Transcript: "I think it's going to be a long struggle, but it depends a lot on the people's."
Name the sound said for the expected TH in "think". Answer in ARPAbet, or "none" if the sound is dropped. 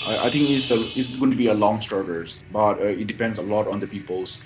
T